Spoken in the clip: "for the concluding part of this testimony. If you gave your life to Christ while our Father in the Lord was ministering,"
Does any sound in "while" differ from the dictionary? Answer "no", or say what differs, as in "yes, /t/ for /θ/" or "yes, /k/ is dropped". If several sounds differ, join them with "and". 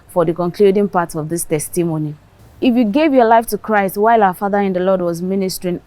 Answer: no